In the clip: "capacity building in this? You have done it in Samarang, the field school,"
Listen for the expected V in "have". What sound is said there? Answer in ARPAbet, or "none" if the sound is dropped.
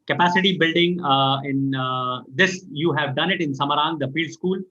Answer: V